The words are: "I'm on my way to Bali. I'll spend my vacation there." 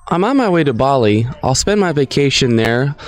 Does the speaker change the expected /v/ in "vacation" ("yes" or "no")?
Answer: no